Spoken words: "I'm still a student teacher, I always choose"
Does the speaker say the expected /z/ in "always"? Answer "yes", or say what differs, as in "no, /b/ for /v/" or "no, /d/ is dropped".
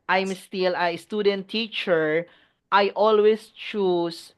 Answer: no, /s/ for /z/